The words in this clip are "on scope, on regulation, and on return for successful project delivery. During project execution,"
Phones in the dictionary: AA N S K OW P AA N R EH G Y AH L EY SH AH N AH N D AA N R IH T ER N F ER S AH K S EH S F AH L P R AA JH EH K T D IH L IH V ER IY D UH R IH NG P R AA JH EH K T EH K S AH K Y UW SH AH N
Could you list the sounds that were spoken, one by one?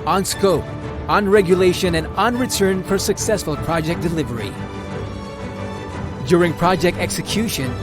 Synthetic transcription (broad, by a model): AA N S K OW P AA N R EH G Y AH L EY SH AH N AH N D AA N R IH T ER N F ER S AH K S EH S F AH L P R AA JH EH K D IH L IH V ER IY D UH R IH NG P R AA JH EH K T EH K S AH K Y UW SH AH N